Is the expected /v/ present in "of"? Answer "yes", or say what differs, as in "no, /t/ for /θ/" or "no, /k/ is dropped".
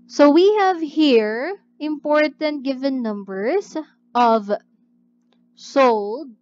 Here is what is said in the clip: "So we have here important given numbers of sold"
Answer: yes